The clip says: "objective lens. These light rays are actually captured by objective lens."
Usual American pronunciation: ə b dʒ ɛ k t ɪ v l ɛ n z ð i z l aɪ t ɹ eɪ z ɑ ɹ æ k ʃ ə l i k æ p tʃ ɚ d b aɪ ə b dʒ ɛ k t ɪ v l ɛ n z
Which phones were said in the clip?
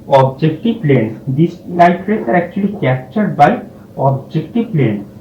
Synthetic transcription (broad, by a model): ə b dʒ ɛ k t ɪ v l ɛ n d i s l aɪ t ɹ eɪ s ɑ ɹ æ k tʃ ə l i k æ p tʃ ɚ d b aɪ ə b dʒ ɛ k t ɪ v l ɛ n